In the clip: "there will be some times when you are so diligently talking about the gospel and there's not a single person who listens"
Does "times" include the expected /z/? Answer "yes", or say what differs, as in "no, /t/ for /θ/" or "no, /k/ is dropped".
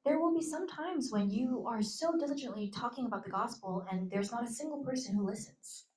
yes